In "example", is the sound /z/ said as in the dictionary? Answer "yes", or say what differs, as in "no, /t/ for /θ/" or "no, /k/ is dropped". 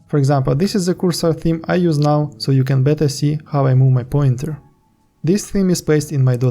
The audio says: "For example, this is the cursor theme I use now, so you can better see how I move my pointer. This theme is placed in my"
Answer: yes